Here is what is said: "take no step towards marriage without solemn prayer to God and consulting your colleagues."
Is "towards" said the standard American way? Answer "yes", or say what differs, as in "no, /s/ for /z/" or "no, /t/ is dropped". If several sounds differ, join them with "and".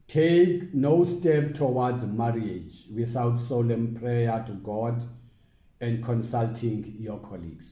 no, /w/ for /ɹ/